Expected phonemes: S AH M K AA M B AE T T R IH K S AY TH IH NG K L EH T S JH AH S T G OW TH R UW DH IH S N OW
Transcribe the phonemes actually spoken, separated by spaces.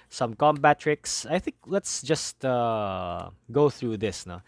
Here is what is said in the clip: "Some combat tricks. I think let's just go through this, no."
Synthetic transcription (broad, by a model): S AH M K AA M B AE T T R IH K S AY TH IH NG K L EH T S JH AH S T G OW TH R UW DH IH S N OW